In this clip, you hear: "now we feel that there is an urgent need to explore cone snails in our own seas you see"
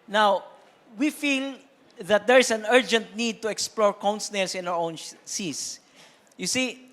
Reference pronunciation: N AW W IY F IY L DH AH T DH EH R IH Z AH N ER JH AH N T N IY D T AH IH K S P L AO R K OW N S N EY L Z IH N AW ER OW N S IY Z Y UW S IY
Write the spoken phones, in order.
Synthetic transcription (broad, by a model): N AW W IY F IY L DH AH T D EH R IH S AH N ER JH AH N T N IY D T AH IH K S P L AO R K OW N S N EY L S IH N AW ER OW N S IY S Y UW S IY